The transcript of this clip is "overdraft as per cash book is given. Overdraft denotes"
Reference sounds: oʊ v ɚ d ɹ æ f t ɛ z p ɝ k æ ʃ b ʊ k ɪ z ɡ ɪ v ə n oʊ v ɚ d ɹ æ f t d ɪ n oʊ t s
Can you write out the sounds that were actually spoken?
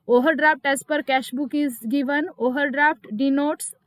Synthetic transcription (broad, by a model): oʊ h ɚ d ɹ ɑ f t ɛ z p ɝ k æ ʃ b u k ɪ z ɡ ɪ v ə n oʊ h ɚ d ɹ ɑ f t d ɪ n oʊ t s